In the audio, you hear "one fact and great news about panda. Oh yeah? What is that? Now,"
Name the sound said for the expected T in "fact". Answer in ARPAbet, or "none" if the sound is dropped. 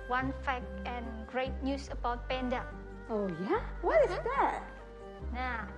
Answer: none